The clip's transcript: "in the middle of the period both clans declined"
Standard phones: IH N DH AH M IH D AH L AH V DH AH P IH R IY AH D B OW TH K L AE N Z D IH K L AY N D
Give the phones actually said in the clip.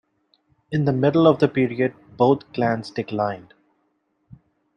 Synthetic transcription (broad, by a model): IH N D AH M IH D AH L AH V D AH P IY R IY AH D B OW T K L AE N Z D IH K L AY N D